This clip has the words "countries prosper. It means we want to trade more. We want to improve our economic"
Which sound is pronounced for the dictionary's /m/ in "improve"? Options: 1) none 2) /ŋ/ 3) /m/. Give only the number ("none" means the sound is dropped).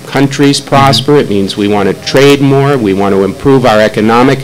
3